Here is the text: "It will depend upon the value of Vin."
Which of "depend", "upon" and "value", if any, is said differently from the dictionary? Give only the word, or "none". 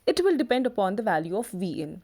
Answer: none